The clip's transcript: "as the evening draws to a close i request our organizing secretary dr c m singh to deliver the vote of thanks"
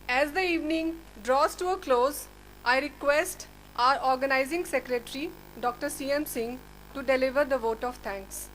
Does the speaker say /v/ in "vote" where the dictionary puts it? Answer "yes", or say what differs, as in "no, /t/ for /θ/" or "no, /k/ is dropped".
yes